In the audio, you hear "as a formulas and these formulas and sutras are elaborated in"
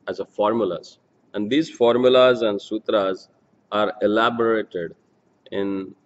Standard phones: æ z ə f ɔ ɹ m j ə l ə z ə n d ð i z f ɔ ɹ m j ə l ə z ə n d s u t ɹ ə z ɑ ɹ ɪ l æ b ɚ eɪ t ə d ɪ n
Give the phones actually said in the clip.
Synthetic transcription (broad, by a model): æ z ə f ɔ ɹ m j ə l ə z ə n d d i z f ɔ ɹ m j ə l ə z ə n d s u t ɹ ə z ɑ ɹ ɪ l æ b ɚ eɪ t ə d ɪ n